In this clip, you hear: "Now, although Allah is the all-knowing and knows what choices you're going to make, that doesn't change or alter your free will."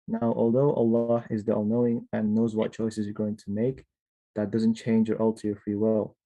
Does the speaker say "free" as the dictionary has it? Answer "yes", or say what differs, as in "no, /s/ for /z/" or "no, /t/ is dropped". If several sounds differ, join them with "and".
yes